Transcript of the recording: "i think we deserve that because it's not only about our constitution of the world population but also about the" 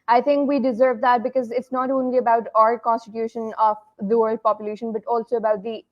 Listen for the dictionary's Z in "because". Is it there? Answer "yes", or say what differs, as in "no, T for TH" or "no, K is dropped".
yes